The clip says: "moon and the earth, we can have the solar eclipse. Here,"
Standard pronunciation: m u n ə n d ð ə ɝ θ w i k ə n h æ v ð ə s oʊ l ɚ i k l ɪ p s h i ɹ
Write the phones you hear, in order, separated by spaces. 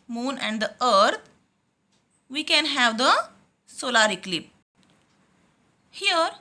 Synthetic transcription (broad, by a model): m u n ə n d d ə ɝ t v i k ə n h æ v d ə s oʊ l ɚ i k l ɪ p h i ɹ